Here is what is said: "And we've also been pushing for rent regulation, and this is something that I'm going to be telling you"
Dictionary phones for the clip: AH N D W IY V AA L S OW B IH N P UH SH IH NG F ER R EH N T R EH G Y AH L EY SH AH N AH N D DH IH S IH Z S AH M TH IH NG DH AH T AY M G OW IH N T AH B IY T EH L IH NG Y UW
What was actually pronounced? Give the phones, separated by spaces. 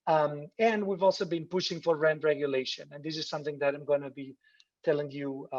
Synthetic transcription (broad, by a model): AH N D W IY V AA L S OW B IH N P UH SH IH NG F ER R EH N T R EH G Y AH L EY SH AH N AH N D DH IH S IH Z S AH M TH IH NG DH AH T AY M G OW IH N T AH B IY T EH L IH NG Y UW